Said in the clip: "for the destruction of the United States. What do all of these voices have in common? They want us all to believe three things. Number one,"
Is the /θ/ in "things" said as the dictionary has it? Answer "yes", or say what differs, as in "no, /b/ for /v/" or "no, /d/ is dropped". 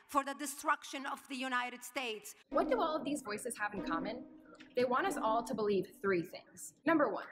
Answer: yes